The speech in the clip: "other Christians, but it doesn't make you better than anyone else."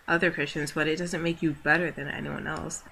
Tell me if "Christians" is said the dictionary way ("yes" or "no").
yes